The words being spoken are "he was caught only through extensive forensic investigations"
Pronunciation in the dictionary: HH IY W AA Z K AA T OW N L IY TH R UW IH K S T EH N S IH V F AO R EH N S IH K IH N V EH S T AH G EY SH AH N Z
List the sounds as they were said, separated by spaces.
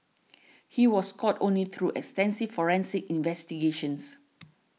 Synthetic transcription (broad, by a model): HH IY W AA S K AA T OW N L IY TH R UW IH K S T EH N S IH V F AO R EH N S IH K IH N V EH S T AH G EY SH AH N S